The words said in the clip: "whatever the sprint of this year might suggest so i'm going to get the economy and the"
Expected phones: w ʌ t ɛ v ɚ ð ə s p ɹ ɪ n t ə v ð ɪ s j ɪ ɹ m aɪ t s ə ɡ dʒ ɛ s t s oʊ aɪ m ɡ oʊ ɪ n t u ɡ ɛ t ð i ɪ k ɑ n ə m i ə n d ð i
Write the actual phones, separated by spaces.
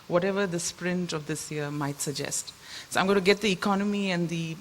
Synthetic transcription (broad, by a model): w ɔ t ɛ v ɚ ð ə s p ɹ ɪ n t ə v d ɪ s j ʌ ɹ m aɪ t s ə ɡ dʒ ɛ s t s oʊ aɪ m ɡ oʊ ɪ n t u ɡ ɛ t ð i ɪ k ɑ n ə m i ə n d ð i